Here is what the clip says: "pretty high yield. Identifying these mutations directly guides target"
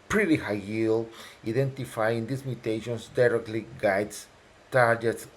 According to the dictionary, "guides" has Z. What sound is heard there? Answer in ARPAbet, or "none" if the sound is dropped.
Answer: S